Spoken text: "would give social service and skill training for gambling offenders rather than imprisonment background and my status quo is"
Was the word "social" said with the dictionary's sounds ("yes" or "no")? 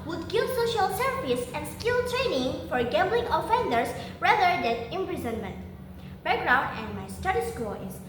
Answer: yes